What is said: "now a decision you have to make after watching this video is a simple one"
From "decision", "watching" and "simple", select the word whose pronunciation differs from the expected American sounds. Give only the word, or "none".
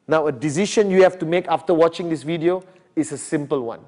decision